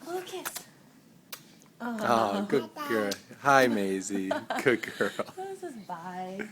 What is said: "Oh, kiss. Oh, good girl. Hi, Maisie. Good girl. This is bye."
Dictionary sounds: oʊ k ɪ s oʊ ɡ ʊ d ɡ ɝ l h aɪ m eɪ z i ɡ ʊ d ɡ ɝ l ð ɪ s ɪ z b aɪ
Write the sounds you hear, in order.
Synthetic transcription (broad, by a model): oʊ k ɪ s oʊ ɡ ʊ d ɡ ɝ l h aɪ m eɪ z i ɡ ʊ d ɡ ɝ l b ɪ ɪ